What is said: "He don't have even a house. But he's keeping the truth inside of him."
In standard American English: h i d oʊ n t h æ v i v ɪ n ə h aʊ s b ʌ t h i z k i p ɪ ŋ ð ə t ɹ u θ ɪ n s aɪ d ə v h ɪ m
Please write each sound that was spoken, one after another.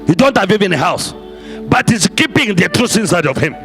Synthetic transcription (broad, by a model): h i d oʊ n t h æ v i v ɪ n ə h aʊ s b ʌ t h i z k i p ɪ ŋ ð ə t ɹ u s ɪ n s aɪ d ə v h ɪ m